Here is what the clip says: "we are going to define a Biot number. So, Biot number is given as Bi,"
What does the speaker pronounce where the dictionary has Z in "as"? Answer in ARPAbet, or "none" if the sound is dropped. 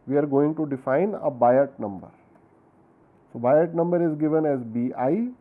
Z